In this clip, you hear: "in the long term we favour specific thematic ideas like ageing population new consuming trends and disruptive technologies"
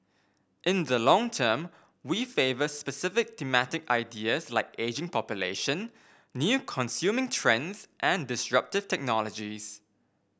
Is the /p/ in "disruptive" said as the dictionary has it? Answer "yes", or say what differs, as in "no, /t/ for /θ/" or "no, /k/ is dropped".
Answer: yes